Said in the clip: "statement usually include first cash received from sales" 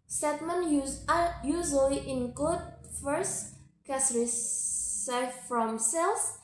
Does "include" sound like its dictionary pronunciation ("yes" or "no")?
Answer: no